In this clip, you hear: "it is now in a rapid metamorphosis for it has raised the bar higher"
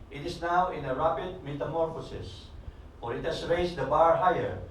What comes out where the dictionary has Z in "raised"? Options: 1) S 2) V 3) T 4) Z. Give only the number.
1